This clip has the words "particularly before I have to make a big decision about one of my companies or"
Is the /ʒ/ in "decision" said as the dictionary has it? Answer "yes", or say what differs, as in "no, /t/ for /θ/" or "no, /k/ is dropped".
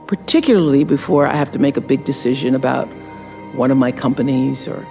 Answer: yes